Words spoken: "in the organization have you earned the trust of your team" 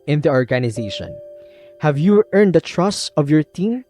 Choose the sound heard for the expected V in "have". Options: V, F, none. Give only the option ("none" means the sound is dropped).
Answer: V